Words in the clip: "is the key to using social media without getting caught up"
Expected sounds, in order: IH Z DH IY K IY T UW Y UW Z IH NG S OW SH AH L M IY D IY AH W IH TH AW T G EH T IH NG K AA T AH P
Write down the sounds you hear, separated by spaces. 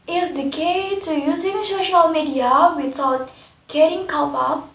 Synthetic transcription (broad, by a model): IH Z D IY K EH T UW Y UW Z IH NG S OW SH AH L M IY D IY AH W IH T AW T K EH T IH NG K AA UH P